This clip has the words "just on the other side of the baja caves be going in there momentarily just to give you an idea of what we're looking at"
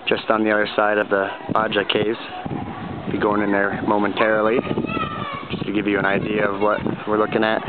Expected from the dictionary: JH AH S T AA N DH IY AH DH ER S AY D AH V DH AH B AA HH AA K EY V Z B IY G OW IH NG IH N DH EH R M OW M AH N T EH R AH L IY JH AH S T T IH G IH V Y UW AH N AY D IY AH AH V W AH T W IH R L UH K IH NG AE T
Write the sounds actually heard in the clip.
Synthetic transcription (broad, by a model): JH AH S T N DH IY AH DH ER S AY D AH V DH AH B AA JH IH K EY Z B IY G OW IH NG IH N DH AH R M OW M AH N T EH R AH L IY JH AH S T T IH G IH V Y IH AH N AY D IY AH AH V W AH T W IH R L UH K IH NG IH T